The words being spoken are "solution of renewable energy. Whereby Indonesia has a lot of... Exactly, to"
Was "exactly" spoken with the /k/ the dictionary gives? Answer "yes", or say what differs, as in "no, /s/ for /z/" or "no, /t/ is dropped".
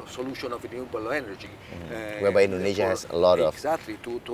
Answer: no, /k/ is dropped